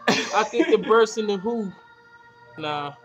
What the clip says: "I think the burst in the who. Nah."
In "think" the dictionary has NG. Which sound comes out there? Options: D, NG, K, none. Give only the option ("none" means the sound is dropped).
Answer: none